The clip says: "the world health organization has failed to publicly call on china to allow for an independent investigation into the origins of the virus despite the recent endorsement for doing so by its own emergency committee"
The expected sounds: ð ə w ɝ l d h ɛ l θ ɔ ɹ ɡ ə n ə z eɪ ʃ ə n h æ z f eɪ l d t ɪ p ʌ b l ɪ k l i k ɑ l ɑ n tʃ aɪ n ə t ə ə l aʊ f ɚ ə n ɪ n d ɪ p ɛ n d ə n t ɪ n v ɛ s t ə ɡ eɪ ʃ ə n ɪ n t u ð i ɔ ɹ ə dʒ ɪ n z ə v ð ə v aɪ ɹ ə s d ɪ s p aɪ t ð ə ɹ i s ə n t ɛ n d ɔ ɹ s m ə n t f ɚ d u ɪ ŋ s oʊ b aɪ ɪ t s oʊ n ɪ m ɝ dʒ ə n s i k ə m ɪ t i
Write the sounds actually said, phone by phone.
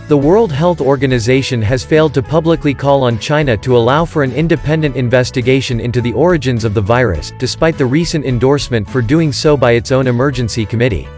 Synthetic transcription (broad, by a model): ð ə w ɝ l d h ɛ l θ ɔ ɹ ɡ ə n ə z eɪ ʃ ə n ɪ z f eɪ l d t ɪ p ʌ b l ɪ k l i k ɑ l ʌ n tʃ aɪ n ə t ə ə l aʊ f ɚ ə n ɪ n d ɪ p ɛ n d ə n t ɪ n v ɛ s t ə ɡ eɪ ʃ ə n ɪ n t u ð i ɔ ɹ ə dʒ ɪ n z ə v ð ə v aɪ ɹ ə s d ɪ s p aɪ t ð ə ɹ i s ə n t ɛ n d ɔ ɹ s m ə n t f ɚ d u ɪ ŋ s oʊ b aɪ ɪ t s oʊ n ɪ m ɝ dʒ ə n s i k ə m ɪ t i